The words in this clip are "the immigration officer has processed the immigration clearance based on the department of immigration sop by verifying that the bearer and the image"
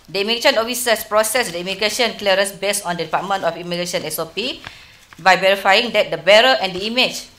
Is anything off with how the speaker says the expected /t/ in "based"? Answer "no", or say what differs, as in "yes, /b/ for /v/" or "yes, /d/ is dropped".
yes, /t/ is dropped